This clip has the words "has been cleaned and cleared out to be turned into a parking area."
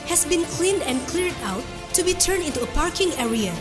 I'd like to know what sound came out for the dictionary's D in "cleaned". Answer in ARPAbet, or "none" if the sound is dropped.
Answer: D